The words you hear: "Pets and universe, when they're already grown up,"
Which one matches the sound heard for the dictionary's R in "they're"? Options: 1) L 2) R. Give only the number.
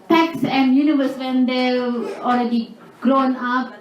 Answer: 1